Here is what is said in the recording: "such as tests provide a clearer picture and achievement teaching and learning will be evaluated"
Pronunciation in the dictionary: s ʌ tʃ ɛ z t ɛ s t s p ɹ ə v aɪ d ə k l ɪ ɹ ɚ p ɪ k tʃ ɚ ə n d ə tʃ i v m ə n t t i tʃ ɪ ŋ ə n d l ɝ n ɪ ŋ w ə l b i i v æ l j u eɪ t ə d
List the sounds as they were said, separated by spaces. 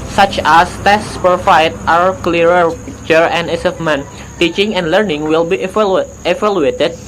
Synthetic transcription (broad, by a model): s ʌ tʃ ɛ s t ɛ s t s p ə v aɪ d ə k l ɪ ɹ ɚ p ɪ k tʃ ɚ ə n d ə s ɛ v m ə n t t i tʃ ɪ ŋ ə n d l ɝ n ɪ ŋ w ə l b i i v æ l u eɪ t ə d